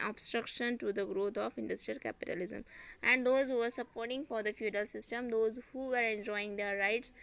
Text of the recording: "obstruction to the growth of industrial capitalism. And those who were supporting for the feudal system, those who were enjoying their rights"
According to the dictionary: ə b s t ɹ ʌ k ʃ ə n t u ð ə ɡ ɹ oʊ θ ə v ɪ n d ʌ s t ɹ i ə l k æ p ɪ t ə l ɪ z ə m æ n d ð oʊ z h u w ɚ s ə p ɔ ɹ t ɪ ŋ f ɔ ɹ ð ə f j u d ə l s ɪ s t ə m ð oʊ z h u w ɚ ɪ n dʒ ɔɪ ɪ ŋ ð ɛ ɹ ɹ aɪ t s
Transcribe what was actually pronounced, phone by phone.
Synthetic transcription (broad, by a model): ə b s t ɹ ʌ k ʃ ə n t u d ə ɡ ɹ oʊ t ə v ɪ n d ʌ s t ɹ i ə l k æ p ɪ t ə l ɪ z ə m æ n d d oʊ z h u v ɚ s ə p ɔ ɹ t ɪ ŋ f ɔ ɹ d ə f j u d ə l s ɪ s t ə m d oʊ z h u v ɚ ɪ n dʒ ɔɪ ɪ ŋ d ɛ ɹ ɹ aɪ t s